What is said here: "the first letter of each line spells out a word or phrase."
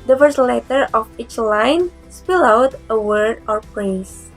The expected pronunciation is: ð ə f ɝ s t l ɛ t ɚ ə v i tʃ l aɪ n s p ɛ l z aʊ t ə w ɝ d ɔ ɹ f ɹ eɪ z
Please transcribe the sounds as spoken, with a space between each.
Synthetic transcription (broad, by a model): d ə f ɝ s l ɛ t ɚ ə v i tʃ l aɪ n s p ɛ l aʊ t ə w ɝ d ɔ ɹ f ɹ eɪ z